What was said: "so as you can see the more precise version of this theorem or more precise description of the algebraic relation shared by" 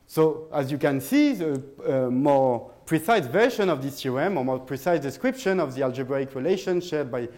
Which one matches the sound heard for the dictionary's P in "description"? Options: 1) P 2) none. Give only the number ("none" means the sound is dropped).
1